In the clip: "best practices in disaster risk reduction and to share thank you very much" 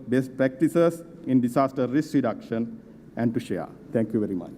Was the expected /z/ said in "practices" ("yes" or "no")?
no